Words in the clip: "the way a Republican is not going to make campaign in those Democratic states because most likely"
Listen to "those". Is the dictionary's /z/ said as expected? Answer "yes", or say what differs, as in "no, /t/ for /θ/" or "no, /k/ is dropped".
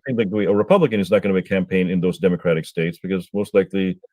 yes